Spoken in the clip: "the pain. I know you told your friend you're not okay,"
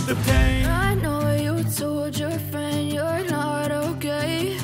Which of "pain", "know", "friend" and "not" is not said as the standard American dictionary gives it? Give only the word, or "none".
pain